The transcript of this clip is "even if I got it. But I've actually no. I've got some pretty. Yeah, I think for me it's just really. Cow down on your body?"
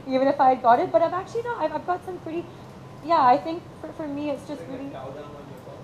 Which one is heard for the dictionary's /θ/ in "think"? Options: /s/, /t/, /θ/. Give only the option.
/θ/